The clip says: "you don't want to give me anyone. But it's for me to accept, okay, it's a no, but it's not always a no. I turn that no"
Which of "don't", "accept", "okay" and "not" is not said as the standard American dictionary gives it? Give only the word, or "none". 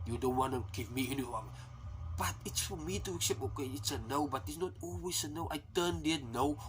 accept